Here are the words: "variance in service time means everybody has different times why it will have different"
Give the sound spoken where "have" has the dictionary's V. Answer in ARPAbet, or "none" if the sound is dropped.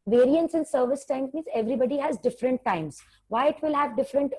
V